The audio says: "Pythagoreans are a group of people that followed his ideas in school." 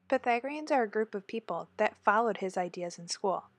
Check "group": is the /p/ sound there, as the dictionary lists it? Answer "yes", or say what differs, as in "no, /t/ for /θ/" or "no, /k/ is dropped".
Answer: yes